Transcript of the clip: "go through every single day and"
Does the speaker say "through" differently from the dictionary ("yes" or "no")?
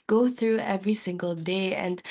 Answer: no